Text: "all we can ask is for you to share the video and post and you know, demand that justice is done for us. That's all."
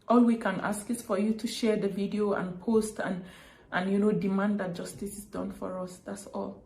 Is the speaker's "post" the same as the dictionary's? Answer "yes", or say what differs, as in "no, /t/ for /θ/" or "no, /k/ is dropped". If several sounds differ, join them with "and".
yes